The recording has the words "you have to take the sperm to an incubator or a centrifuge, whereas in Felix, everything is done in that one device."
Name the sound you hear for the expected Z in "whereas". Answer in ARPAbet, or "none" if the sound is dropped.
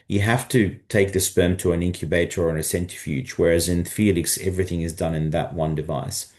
Z